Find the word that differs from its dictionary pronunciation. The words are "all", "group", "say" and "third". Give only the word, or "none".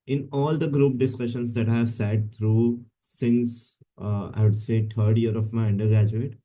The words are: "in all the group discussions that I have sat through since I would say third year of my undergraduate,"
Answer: third